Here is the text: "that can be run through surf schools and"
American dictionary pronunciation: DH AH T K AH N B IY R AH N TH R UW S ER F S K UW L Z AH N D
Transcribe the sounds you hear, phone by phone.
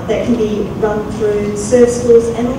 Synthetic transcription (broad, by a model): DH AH T K AH N B IY R AH N TH R UW S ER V S K UW L Z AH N